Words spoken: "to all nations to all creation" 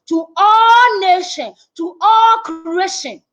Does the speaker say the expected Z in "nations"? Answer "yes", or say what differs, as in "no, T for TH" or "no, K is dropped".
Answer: no, Z is dropped